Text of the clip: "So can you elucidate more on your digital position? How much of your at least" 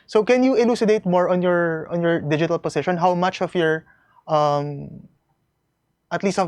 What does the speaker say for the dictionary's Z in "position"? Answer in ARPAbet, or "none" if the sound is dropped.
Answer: S